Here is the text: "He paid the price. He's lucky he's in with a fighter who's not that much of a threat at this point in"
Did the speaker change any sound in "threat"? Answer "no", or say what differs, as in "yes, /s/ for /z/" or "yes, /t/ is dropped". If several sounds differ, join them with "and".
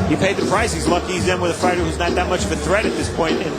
no